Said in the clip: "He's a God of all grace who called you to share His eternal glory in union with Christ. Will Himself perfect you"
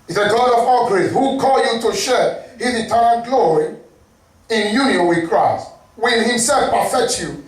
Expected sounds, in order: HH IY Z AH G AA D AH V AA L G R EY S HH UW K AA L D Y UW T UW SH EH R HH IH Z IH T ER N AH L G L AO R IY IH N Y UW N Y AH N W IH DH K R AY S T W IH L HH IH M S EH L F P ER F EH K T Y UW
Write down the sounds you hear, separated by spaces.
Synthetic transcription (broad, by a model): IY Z AH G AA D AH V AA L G R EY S HH UW K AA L Y UW T UW SH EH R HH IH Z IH T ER AH N G L AO R IY IH N Y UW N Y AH N W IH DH K R AY S T W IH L HH IH M S EH L F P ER F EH K T Y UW